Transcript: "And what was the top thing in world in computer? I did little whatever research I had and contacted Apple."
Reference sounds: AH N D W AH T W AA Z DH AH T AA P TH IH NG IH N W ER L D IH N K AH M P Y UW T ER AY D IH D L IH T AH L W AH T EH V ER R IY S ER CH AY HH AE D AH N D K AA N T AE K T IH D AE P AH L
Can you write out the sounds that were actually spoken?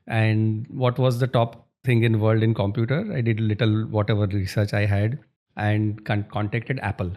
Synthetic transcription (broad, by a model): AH N D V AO T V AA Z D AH T AA P T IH NG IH N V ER L D IH N K AH M P Y UW T ER AY D IH D L IH T AH L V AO T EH V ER R IY S ER CH AY HH AE D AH N D K AA N T AE K T IH D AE P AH L